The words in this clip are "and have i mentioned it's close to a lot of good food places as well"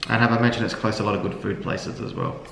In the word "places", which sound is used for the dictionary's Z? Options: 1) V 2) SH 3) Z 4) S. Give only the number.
3